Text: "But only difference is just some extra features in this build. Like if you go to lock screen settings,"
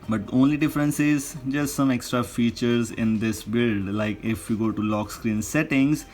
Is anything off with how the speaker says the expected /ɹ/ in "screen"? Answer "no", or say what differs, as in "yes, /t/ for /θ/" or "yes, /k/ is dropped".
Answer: no